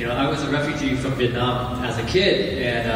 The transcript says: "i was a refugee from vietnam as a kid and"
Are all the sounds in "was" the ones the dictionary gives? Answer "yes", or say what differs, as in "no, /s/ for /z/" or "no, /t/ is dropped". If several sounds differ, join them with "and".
yes